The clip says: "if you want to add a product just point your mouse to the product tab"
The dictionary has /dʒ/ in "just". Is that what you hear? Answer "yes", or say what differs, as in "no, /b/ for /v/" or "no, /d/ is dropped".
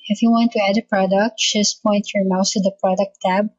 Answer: no, /ʃ/ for /dʒ/